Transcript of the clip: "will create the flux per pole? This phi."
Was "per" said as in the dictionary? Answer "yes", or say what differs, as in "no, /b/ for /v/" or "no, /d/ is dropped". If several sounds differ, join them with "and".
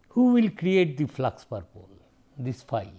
yes